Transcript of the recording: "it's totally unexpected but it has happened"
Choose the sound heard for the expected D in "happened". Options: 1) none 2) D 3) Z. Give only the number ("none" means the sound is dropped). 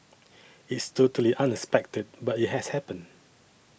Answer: 1